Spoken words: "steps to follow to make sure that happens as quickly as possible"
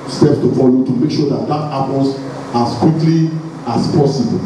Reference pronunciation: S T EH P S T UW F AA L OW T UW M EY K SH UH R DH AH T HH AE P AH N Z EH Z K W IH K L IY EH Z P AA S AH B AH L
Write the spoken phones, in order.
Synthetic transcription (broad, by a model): S T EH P T UW F AA L OW T UW M EY K SH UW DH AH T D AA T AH L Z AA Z K W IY K L IY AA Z P AA S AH B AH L